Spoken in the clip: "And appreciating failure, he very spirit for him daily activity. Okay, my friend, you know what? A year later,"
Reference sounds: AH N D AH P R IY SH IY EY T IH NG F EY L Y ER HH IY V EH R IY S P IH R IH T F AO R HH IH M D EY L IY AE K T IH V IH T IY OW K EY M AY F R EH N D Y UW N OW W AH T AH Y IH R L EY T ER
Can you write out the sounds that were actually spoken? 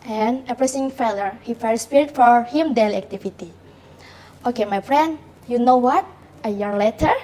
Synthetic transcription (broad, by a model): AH N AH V R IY S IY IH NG F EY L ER HH IY F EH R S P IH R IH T F AO R HH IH M D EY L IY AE K T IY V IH T IY OW K EY M AY F R EH N D Y UW N OW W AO T AH Y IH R L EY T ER